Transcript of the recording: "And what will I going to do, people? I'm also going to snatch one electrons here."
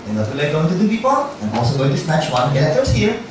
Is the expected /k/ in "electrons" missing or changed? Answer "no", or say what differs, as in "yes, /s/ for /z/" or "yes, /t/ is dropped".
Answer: yes, /k/ is dropped